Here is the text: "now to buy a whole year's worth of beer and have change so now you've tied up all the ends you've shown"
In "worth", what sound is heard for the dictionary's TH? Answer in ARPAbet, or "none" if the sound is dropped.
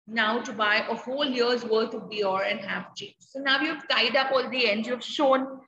T